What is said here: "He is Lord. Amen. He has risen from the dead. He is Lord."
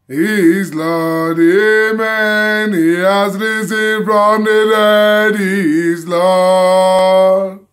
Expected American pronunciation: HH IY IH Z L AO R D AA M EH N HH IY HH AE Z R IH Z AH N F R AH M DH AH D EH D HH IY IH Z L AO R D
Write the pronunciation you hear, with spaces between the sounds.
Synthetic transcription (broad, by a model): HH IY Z L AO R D AA M EH N HH IY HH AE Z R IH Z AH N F R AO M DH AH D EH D HH IY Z L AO